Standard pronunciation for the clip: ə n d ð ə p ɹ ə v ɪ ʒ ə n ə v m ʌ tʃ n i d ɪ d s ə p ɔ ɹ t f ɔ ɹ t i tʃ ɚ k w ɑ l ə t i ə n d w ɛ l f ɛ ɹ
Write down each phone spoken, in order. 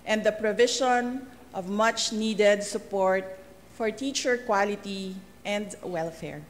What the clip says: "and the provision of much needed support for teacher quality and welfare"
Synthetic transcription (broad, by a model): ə n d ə p ɹ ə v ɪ ʃ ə n ə v m ʌ tʃ n i d ɪ d s ə p ɔ ɹ t f ɔ ɹ t i tʃ ɚ k w ɑ l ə t i ə n d w ɛ l f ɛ ɹ